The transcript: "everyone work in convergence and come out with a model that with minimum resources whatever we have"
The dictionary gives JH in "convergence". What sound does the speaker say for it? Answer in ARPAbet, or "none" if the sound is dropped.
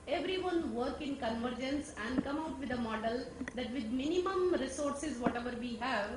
JH